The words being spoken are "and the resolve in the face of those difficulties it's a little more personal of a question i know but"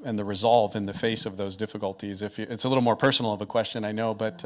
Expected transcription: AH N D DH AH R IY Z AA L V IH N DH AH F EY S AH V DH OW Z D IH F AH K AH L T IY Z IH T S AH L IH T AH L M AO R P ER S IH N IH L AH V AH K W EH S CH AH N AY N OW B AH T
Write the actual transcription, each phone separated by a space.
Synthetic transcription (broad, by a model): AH N DH AH R IY Z AA L V IH N DH AH F EY S AH V DH OW Z D IH F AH K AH L T IY Z IH T S AH L IH T L M AO R P ER S N L AH V AH K W EH S CH AH N AY N OW B AH T